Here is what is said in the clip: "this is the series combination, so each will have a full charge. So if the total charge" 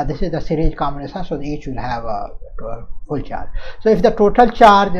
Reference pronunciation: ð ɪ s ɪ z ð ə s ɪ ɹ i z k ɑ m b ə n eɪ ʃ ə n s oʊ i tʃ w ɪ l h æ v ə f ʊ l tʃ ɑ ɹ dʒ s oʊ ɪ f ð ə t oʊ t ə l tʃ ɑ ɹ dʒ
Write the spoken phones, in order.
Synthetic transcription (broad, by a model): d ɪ s ɪ z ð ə s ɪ ɹ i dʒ k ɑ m ə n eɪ s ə s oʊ i tʃ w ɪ l h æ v ə f ʊ l tʃ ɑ ɹ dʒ s oʊ ɪ f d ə t oʊ t ə l tʃ ɑ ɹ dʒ